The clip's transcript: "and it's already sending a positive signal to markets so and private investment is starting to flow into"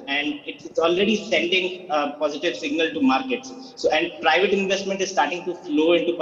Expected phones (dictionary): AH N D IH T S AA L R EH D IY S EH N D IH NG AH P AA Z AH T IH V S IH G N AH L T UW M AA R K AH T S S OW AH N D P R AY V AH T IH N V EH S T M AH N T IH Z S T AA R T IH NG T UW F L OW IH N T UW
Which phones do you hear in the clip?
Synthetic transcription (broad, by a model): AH N D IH T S AA L R EH D IY S EH N D IH NG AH P AA Z AH T IH V S IH G N AH L T UW M AA R K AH T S S OW AH N D P R AY V AH T IH N V EH S T M AH N T IH Z S T AA R T IH NG T UW F L OW IH N T UW